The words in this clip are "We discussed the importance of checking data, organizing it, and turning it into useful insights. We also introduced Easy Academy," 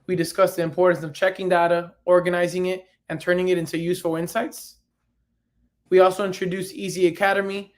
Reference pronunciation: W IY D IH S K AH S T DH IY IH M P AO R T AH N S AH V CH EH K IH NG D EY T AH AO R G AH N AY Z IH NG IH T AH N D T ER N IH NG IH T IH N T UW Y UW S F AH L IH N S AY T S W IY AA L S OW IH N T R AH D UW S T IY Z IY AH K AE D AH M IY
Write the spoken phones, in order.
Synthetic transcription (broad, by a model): W IY D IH S K AH S DH IY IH M P AO R T N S AH V CH EH K IH NG D EY T AH AO R G AH N AY Z IH NG IH T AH N T ER N IH NG IH T IH N T UW Y UW S F L IH N S AY T S W IY AA L S OW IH N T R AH D UW S IY Z IY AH K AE D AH M IY